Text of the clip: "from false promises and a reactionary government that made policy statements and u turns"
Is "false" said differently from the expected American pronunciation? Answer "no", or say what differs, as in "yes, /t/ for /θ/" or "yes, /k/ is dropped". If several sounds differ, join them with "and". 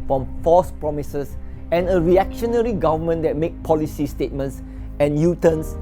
yes, /l/ is dropped